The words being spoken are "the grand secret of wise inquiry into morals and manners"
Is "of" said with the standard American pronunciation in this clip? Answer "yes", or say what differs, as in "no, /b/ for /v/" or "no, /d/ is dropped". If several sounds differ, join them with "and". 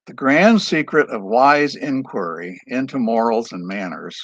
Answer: yes